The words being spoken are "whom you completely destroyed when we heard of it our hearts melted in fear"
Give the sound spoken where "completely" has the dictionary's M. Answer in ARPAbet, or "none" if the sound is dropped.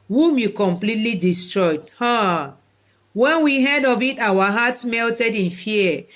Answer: M